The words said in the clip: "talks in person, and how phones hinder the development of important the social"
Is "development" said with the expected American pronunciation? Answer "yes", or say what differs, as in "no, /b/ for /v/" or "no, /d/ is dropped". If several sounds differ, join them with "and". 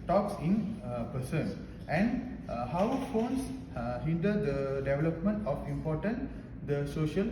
yes